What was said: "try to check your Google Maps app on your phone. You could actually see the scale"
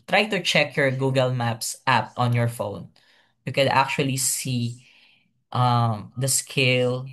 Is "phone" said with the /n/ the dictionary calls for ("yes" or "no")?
yes